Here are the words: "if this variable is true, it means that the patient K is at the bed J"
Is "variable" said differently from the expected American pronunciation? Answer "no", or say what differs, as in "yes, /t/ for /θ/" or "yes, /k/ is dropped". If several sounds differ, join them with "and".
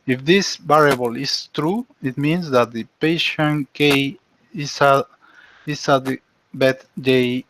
yes, /b/ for /v/